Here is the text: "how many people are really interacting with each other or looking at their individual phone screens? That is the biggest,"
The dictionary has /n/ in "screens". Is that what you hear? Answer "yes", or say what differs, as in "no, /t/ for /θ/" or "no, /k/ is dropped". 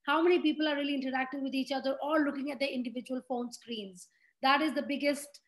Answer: yes